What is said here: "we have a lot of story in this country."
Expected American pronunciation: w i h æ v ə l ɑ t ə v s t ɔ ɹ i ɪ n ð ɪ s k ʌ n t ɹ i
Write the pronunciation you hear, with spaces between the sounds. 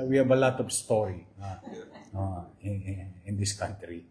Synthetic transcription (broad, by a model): w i h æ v ə l ɑ t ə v s t ɔ l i ɪ n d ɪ s k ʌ n t ɹ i